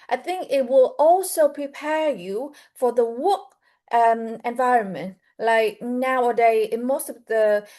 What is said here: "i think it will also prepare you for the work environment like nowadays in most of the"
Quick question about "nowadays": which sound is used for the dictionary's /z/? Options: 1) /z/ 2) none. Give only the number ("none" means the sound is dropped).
2